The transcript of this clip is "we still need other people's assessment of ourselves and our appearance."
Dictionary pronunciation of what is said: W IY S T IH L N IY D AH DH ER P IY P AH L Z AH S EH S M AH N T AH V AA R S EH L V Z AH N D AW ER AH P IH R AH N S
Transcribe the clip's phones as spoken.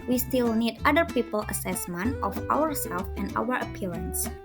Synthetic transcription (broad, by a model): W IY S T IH L N IY D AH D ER P IY P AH L AH S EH S M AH N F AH W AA R S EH L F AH N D AW ER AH P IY R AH N S